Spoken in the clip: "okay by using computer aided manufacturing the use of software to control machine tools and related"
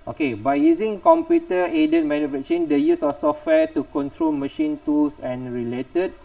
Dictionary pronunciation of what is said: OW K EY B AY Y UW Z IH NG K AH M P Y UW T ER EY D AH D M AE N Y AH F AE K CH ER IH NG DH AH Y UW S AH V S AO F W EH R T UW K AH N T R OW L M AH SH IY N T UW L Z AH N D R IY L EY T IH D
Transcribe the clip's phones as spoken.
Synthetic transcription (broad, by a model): OW K EY B AY Y UW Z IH NG K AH M P Y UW T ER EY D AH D M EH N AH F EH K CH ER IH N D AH Y UW S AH F S AO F W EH T UW K AH N T R OW L M AH SH IY N T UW L S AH N R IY L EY T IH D